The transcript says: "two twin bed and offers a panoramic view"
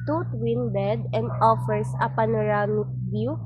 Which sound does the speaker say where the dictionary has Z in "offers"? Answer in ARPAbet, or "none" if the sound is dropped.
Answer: S